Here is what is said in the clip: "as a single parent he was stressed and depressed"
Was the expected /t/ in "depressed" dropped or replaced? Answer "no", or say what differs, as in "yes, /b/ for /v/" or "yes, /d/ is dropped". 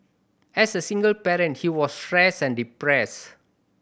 yes, /t/ is dropped